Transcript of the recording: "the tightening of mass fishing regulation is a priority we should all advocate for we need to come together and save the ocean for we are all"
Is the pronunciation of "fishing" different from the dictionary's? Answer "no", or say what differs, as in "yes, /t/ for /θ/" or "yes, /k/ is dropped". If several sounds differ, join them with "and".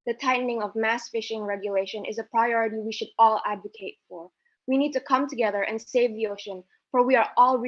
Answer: no